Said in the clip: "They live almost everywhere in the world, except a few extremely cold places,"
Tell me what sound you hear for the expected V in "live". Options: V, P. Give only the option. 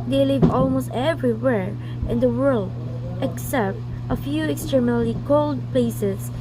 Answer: V